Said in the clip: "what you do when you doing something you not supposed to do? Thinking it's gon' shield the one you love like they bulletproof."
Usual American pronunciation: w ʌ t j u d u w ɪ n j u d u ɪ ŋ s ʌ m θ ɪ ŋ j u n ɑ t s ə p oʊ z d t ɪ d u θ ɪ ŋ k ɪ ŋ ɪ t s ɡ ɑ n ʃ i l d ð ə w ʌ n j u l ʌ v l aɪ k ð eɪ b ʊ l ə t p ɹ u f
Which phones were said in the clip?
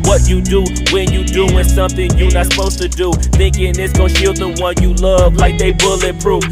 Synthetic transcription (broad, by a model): w ʌ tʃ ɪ d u w ɪ n j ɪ d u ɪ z s ʌ m θ ɪ ŋ j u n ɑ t s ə p oʊ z t ɪ d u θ ɪ ŋ k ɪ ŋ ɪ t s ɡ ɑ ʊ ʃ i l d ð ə w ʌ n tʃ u l ʌ v l aɪ k ð eɪ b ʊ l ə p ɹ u